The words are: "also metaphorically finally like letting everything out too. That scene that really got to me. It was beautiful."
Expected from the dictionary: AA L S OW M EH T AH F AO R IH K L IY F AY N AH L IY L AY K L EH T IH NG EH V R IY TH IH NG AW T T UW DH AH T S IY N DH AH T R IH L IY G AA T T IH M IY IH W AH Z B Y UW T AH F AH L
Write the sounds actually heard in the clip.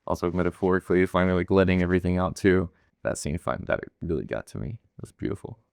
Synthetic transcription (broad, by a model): AA L S OW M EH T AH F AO R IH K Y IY F AY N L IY L AY K L EH T IH NG EH V R IY TH IH NG AW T T UW DH AH T S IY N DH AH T R IH L IY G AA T T IH M IY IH W AH Z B Y UW T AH F L